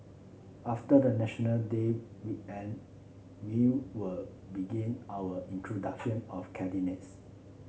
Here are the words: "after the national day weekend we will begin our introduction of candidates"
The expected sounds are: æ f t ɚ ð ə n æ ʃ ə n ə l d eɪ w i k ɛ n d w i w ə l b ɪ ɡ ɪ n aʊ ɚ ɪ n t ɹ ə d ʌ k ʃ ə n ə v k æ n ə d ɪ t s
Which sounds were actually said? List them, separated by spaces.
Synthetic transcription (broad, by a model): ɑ f t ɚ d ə n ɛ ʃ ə n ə l d eɪ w i ɛ n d w i w ə l b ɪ ɡ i n aʊ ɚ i n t ɹ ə d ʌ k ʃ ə n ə f k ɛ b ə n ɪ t s